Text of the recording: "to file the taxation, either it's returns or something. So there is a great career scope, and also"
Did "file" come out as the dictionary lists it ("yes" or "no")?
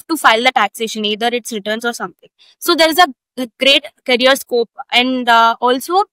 yes